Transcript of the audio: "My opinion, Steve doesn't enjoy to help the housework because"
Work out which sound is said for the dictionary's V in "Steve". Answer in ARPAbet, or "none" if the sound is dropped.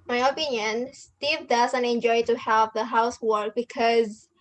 V